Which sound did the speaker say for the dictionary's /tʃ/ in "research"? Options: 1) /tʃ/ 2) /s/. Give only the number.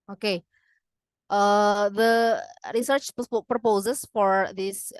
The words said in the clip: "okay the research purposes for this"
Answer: 1